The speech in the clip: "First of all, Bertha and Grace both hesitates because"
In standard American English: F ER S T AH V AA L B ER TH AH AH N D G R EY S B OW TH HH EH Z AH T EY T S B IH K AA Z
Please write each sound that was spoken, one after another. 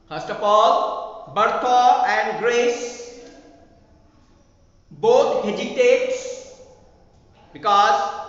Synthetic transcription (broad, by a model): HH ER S T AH P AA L B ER T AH AH N D G R EY S B OW T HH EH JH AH T EY T S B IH K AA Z